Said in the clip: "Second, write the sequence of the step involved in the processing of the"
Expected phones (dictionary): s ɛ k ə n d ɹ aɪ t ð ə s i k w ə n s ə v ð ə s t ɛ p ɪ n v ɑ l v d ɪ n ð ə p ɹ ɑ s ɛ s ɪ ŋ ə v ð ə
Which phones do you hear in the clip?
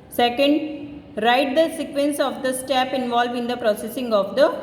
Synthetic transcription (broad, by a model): s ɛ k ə n d ɹ aɪ t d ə s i k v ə n s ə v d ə s t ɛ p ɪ n v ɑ l v ɪ n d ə p ɹ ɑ s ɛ s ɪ ŋ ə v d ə